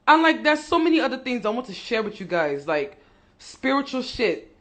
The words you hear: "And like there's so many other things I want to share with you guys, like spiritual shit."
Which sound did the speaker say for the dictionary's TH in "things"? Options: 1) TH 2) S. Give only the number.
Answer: 1